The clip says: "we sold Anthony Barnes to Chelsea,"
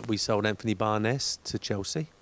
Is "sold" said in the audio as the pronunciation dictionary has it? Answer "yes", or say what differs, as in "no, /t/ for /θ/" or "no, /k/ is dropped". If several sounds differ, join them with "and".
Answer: yes